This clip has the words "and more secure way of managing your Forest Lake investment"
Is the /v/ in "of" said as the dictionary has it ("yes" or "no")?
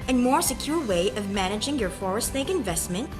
yes